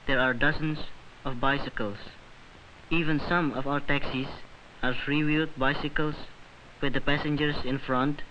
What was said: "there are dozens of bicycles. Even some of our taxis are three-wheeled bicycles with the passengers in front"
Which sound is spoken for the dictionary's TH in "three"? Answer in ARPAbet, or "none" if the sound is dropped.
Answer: F